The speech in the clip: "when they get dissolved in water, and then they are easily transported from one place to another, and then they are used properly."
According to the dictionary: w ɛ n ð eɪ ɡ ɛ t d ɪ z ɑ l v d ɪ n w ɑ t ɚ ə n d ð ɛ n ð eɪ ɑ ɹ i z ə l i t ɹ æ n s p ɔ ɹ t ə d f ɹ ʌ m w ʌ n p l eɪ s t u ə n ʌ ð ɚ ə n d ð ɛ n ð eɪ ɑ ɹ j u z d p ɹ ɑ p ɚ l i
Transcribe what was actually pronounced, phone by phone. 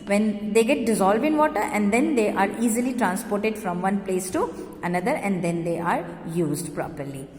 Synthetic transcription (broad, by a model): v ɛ n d eɪ ɡ ɛ t d ɪ z ɑ l v d ɪ n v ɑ t ɚ ə n d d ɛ n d eɪ ɑ ɹ i z ə l i t ɹ æ n s p ɔ ɹ t ə d f ɹ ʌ m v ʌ n p l eɪ s t u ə n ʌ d ɚ ə n d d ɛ n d eɪ ɑ ɹ j u z d p ɹ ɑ p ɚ l i